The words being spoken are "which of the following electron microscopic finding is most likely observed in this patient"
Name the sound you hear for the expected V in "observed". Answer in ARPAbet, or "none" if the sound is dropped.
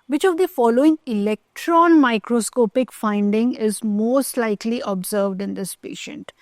V